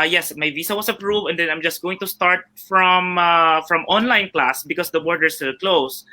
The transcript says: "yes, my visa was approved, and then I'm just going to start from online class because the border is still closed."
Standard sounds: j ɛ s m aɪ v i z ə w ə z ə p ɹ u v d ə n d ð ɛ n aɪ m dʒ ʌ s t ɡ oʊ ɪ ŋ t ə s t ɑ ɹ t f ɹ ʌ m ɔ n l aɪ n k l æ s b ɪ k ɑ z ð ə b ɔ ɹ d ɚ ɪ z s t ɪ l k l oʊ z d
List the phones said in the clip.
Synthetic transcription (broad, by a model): j ɛ s m aɪ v i s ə w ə s ə p ɹ u v d ə n d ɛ n aɪ m dʒ ʌ s t ɡ oʊ ɪ ŋ t ə s t ɑ ɹ t f ɹ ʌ m ɔ n l aɪ n k l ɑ s b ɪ k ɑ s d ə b ɔ ɹ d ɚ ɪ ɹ s t ɪ l k l oʊ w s